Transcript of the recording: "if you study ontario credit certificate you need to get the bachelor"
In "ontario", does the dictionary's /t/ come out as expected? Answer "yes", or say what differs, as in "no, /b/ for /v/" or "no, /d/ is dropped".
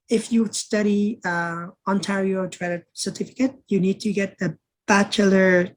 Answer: yes